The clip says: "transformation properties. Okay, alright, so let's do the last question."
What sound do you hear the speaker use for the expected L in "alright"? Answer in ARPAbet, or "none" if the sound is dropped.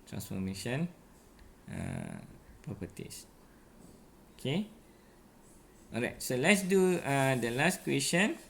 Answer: none